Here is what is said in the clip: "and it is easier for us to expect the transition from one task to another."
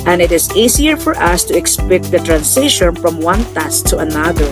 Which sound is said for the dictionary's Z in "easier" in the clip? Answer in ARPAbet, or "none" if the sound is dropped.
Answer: S